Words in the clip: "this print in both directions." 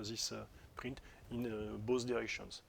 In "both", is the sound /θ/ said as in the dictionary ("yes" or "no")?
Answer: no